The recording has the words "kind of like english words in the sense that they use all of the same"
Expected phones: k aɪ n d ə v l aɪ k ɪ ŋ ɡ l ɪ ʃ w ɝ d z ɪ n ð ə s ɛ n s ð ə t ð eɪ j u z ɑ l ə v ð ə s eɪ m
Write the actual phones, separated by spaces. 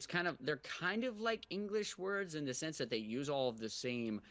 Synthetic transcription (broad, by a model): k aɪ n d ə v l aɪ k ɪ ŋ ɡ l ɪ ʃ w ɝ d z ɪ n ð ə s ɛ n s ð ə t ð eɪ j u z ɑ l ə v ð ə s eɪ m